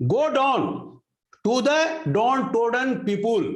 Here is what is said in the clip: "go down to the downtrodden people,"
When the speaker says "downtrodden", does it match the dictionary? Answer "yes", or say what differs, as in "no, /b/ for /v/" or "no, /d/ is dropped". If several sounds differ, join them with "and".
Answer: no, /ɹ/ is dropped